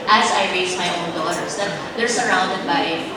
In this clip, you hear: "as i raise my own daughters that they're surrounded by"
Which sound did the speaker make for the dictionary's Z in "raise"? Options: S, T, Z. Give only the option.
S